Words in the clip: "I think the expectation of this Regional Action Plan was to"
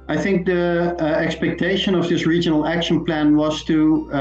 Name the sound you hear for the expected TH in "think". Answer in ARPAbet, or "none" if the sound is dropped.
TH